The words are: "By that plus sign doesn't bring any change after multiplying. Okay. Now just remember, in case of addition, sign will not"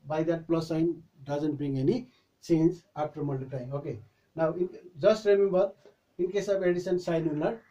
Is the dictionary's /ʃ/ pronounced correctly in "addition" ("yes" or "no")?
no